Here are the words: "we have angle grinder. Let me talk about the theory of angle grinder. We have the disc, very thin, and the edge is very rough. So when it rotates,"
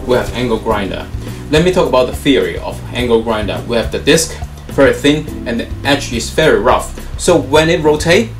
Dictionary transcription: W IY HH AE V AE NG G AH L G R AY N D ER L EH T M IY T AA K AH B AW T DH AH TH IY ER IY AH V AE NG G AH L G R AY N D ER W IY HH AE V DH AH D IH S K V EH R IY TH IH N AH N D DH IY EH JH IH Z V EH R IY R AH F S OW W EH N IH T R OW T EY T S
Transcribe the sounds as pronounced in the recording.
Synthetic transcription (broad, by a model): W IY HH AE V AE NG G AH L G R AY N D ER L EH T M IY T AA K AH B AW T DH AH TH IY ER IY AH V AE NG G AH L G R AY N D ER W IY HH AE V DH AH D IH S K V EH R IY TH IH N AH N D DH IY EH CH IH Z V EH R IY R AH F S OW W EH N IH T R OW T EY